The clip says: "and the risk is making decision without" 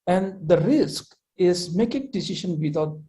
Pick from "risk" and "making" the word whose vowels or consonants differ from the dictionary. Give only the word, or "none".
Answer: none